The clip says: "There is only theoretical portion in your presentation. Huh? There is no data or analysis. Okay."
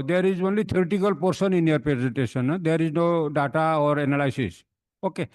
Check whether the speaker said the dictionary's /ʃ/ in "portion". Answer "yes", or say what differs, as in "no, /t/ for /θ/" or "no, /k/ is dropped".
no, /s/ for /ʃ/